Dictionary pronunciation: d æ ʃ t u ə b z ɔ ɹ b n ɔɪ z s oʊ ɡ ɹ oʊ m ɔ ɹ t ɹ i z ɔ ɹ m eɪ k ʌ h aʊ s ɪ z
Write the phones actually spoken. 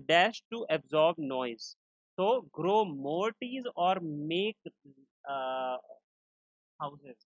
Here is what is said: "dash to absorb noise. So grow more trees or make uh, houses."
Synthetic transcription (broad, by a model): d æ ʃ t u ə b z ɔ ɹ b n ɔɪ z s oʊ ɡ ɹ oʊ m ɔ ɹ t i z ɔ ɹ m eɪ k h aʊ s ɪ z